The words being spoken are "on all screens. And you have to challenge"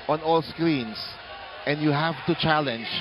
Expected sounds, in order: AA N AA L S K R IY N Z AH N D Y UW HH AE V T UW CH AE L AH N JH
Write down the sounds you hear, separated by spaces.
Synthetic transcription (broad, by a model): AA N AA L S K R IY N S AH N D Y UW HH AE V T UW CH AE L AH N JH